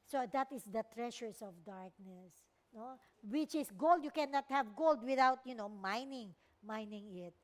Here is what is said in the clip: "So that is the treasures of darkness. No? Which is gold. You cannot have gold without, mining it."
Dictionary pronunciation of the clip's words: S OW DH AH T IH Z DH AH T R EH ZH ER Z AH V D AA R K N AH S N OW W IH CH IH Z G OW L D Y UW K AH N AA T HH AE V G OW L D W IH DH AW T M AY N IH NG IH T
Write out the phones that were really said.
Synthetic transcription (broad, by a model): S OW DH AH T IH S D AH T R EH SH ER S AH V D AA R K N AH S N OW W IH CH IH S G OW L D Y UW K AH N AA T HH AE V G OW L D W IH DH AW T M AY N IH NG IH T